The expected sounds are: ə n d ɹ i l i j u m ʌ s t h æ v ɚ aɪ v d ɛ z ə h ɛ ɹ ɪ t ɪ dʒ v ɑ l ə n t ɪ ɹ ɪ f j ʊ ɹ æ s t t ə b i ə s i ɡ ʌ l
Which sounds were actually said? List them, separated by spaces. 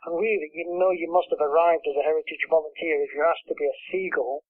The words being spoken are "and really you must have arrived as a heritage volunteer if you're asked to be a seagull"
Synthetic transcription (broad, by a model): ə n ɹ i l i j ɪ m ʌ s t h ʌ v ɚ aɪ v d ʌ z ə h ɛ ɹ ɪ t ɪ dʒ v ɑ l ə n t ɪ ɹ ɪ f j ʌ ɹ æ s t t ə b i ə s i ɡ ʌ l